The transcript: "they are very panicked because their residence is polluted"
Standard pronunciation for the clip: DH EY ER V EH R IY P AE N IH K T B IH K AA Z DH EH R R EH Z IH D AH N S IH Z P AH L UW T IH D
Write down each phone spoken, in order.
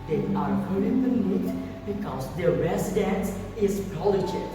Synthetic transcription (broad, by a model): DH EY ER P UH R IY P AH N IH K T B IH K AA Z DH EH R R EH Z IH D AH N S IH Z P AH L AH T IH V